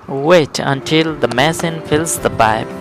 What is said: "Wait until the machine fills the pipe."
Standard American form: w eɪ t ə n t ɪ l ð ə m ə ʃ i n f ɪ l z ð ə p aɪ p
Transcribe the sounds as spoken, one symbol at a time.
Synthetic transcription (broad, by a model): w eɪ t ə n t ɪ l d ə m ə s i n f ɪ l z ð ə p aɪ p